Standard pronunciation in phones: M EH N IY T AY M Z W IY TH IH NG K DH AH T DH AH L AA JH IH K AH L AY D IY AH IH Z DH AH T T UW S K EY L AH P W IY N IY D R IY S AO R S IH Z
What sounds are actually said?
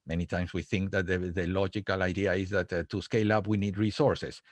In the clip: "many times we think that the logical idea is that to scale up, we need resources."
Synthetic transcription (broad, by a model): M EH N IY T AY M S W IY TH IH NG K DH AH T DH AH L AA JH IH K AH L AY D IY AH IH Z DH AH T T UW S K EY L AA P W IY N IY D R IY S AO R S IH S